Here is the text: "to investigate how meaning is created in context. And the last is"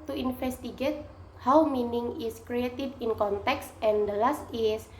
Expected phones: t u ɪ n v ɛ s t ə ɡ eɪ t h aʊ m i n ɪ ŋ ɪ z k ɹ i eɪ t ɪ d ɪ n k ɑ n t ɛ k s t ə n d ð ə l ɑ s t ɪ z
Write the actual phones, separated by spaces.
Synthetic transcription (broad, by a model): t u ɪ n f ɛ s t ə ɡ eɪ t h aʊ m i n ɪ ŋ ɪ s k ɹ i eɪ t ɪ d ɪ n k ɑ n t ɛ k s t ə n d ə l ɑ s t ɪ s